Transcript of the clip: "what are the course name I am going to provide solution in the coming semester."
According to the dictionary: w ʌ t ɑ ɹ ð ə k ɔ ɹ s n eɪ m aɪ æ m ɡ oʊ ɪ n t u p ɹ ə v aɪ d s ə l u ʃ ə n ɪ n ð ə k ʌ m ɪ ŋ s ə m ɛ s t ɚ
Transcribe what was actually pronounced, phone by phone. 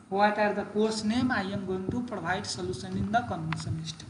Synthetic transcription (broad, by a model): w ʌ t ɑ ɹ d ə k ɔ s n eɪ m aɪ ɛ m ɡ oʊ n t u p ɹ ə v aɪ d s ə l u s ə n ɪ n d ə k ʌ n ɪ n s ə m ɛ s t